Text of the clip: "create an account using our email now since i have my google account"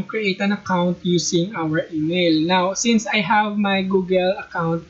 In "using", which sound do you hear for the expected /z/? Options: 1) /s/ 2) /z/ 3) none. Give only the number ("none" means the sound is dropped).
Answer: 1